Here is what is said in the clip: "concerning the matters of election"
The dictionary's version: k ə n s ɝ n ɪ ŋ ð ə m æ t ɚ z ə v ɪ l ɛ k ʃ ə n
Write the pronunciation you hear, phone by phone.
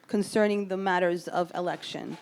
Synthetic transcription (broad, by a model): k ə n s ɝ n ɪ ŋ ð ə m æ t ɚ z ə v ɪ l ɛ k ʃ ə n